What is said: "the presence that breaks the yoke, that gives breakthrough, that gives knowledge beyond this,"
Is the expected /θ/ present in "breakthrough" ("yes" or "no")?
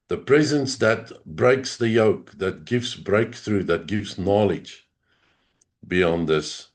yes